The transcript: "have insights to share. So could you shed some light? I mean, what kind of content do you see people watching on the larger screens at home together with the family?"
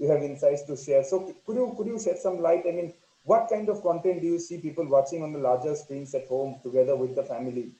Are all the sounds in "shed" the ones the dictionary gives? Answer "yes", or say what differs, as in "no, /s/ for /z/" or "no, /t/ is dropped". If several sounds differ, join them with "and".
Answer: no, /s/ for /ʃ/